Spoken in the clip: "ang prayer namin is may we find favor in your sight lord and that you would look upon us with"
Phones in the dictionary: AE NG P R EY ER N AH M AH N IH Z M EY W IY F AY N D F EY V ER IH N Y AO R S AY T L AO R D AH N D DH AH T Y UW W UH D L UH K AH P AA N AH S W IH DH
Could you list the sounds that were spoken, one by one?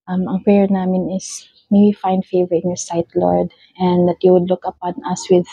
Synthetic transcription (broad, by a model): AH NG P R EY ER N AH M AH N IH S M EY W IY F AY N D F EY V ER IH N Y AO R S AY T L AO R D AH N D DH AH T Y UW W UH D L UH K AH P AA N AH S W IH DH